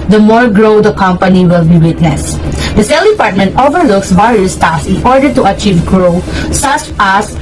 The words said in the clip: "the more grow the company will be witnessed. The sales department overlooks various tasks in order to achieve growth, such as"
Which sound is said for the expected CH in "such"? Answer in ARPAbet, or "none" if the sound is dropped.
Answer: S